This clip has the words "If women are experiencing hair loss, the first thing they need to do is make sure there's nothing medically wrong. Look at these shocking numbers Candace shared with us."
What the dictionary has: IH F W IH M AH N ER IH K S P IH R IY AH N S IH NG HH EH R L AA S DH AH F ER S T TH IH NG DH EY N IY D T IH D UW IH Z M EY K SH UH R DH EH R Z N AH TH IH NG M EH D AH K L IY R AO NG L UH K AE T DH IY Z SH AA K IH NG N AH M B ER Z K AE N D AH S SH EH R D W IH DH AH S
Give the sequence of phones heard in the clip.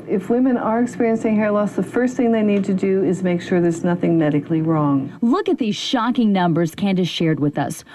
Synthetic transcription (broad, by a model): IH F W IH M AH N ER IH K S P IH R IY AH N S IH NG HH EH R L AA S DH AH F ER S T TH IH NG DH EY N IY D T IH D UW IH Z M EY K SH UH R DH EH R Z N AH TH IH NG M EH D AH K L IY R AO NG L UH K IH T DH IY Z SH AA K IH NG N AH M B ER Z K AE N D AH SH EH R D W IH DH AH S